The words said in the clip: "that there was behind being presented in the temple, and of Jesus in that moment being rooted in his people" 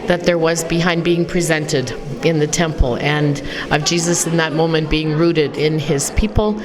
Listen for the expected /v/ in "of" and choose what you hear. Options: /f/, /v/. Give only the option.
/v/